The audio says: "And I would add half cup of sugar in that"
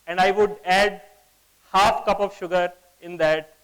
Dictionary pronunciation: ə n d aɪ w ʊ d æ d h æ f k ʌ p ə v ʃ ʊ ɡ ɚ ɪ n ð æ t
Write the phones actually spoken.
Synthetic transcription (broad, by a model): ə n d aɪ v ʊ d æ d h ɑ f k ʌ p ə v ʃ ʊ ɡ ɚ ɪ n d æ t